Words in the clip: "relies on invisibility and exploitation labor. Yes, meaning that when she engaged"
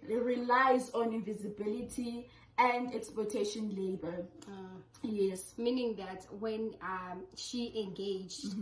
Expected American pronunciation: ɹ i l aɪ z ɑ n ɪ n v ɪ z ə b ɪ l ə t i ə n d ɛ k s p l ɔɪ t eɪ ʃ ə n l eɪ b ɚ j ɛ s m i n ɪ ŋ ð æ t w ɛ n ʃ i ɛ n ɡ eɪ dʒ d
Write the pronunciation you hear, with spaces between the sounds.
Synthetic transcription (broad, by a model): ɹ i l aɪ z ɑ n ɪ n v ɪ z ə b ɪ l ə t i ə n d ɛ k s p ɔɪ t eɪ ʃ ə n l eɪ b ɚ j ɛ s m i n ɪ ŋ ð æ t w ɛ n ʃ i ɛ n ɡ eɪ dʒ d